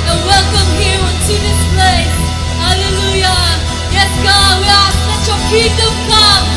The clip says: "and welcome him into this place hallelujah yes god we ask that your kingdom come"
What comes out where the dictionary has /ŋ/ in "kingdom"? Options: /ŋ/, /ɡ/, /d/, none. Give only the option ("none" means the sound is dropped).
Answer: none